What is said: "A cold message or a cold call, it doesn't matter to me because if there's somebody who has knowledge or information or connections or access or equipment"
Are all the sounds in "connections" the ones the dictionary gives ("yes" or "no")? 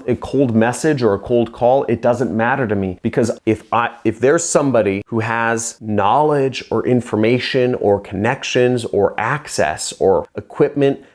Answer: yes